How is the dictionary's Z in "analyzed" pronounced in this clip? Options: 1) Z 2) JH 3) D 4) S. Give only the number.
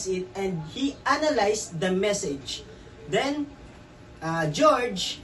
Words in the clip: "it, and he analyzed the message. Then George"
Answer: 4